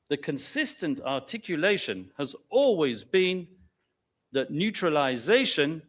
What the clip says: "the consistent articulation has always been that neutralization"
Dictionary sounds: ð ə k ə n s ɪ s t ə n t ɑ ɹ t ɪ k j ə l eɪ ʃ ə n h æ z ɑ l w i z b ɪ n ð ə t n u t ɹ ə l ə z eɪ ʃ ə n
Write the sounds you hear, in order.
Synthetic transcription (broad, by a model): ð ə k ə n s ɪ s t ə n t ɑ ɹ t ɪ k j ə l eɪ ʃ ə n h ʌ z ɑ l w i z b ɪ n ð ə t n u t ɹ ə l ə z eɪ ʃ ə n